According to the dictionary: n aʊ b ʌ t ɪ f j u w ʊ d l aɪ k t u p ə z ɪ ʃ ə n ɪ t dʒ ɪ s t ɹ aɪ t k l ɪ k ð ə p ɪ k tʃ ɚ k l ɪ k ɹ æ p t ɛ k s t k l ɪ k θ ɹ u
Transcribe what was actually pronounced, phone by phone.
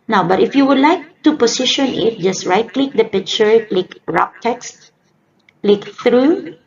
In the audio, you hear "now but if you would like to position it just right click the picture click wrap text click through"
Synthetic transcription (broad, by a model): n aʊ b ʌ t ɪ f j u w ʊ d l aɪ k t u p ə s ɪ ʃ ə n ɪ t dʒ ɪ s t ɹ aɪ t k l ɪ k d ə p ɪ k tʃ ɚ k l ɪ k ɹ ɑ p t ɛ k s t k l ɪ k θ ɹ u